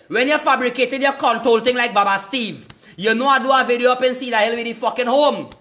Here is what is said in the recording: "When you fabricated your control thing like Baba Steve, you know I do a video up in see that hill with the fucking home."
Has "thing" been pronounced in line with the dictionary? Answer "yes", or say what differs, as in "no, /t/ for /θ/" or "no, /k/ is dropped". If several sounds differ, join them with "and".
no, /t/ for /θ/